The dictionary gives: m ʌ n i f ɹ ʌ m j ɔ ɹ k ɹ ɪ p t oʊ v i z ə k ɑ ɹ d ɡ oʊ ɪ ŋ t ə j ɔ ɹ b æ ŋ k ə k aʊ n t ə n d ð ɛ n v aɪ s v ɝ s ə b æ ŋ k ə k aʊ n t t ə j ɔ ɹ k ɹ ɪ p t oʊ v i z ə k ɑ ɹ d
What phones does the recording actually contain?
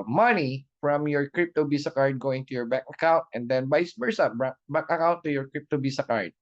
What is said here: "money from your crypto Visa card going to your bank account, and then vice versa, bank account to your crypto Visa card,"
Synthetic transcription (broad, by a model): m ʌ n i f ɹ ʌ m j ɔ ɹ k ɹ ɪ p t oʊ b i s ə k ɑ ɹ d ɡ oʊ ɪ ŋ t ə j ɔ ɹ b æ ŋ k ə k aʊ n t ə n d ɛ n b aɪ s b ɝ s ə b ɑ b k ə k aʊ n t t ə j ɔ ɹ k ɹ ɪ p t oʊ b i s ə k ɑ ɹ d